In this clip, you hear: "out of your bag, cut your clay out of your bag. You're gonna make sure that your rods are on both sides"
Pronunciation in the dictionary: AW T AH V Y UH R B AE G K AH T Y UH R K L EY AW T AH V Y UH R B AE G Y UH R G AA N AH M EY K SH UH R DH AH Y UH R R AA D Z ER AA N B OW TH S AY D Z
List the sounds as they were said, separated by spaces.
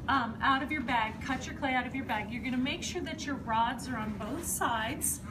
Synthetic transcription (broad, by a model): AW T AH V Y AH R B AE G K AH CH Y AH R K L EY AW T AH V Y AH R B AE G Y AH R G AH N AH M EY K SH UH R DH AH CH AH R R AA D Z ER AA N B OW TH S AY D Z